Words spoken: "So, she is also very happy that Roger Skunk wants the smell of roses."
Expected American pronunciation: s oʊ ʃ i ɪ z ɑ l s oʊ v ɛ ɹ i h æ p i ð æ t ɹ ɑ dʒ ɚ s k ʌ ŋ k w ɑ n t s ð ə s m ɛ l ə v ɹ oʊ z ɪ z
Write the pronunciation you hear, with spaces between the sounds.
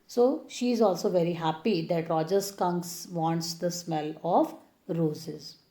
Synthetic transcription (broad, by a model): s oʊ ʃ i ɪ z ɑ l s oʊ v ɛ ɹ i h æ p i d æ t ɹ ɑ dʒ ɚ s k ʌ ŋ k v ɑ n t s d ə s m ɛ l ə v ɹ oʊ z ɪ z